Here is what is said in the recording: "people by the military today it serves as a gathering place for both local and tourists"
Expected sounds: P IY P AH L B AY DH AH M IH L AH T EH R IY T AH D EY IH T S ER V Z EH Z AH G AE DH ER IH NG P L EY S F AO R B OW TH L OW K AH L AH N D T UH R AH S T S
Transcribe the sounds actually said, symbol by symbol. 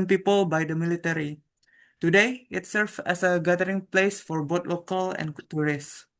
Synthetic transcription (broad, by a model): P IY P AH L B AY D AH M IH L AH T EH R IY T AH D EY IH T S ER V EH S AH G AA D ER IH NG P L EY S F AO R B OW T L OW K AH L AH N T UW R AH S S